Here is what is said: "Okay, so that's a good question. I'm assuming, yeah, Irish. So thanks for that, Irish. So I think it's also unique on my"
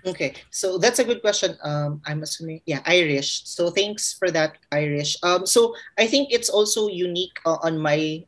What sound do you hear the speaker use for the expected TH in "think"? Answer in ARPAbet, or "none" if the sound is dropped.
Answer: TH